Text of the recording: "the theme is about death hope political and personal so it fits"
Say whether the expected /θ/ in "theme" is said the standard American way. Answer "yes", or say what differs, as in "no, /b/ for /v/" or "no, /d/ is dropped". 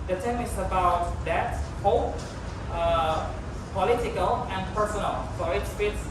no, /t/ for /θ/